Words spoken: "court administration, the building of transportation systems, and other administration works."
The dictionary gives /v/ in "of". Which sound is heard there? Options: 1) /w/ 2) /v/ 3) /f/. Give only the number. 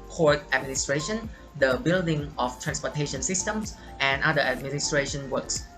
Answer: 3